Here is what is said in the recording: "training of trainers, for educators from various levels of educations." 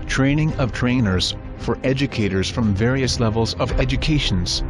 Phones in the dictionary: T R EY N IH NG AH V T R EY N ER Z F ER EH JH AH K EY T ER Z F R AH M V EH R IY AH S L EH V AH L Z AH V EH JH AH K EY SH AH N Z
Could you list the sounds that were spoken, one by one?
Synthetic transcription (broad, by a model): T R EY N IH NG AH V T R EY N ER Z F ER EH JH AH K EY T ER Z F R AH M V EH R IY AH S L EH V AH L Z AH V EH JH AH K EY SH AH N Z